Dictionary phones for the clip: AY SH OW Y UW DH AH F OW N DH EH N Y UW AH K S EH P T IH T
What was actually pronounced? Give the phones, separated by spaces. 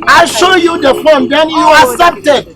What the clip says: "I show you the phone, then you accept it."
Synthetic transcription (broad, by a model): AY SH OW Y UW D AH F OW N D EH N Y UW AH S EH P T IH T